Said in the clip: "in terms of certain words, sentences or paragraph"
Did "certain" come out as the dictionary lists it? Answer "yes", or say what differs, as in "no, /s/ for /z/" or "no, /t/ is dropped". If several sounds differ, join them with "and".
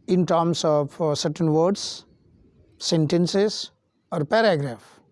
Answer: yes